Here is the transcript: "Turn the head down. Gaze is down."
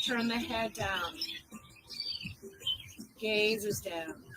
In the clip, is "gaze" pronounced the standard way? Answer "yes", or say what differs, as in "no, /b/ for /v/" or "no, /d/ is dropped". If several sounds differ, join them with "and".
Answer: yes